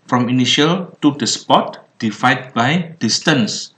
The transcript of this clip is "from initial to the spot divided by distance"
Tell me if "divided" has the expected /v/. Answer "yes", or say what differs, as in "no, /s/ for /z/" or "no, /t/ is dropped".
no, /f/ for /v/